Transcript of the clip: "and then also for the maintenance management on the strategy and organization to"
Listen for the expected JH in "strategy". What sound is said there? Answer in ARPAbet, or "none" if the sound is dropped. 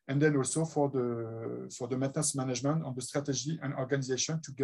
ZH